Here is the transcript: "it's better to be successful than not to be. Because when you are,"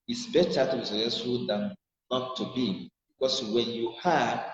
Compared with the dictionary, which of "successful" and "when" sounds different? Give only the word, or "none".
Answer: successful